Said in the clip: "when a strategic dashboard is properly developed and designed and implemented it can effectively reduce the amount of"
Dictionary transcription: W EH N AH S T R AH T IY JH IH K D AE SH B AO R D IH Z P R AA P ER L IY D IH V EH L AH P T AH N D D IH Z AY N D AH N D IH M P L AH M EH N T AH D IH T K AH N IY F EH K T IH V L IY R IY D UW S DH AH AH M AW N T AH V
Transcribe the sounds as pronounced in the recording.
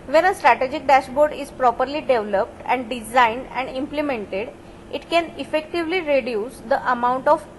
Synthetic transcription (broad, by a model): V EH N AH S T R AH T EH JH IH K D AE SH B AO R D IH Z P R AA P ER L IY D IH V L AH P T AH N D D IH Z AY N D AH N D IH M P L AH M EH N T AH D IH T K AH N IY F EH K T IH V L IY R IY D UW S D AH AH M AW N T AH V